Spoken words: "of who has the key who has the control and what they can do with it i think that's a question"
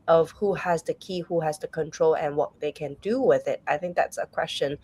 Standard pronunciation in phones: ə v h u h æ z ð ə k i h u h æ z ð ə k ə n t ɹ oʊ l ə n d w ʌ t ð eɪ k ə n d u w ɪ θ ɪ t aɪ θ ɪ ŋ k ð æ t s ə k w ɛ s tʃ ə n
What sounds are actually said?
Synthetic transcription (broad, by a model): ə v h u h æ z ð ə k i h u h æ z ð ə k ə n t ɹ oʊ l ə n w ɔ t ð eɪ k ə n d u w ɪ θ ɪ t aɪ θ ɪ ŋ k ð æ t s ə k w ɛ s tʃ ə n